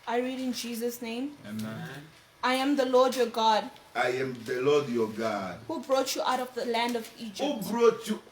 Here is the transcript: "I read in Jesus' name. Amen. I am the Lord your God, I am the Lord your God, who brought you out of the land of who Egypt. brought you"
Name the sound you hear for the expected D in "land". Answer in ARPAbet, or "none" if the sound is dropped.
D